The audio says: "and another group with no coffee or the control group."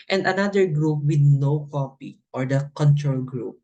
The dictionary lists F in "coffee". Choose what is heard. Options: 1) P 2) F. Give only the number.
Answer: 1